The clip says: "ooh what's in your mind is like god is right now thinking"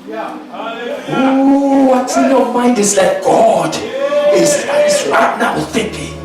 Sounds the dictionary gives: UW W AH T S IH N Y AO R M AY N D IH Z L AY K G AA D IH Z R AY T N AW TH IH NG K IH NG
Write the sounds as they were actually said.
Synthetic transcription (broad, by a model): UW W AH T IH N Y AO M AY N D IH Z L AY K G AA D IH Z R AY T N AW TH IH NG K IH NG